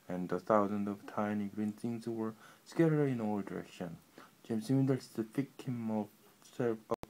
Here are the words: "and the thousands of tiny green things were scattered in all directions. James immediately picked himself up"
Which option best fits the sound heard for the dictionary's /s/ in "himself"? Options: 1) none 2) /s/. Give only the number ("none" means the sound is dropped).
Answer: 1